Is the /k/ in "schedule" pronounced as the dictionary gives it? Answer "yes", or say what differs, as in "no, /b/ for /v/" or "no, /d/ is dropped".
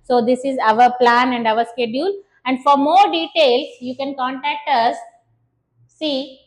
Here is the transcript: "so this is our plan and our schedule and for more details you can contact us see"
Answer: yes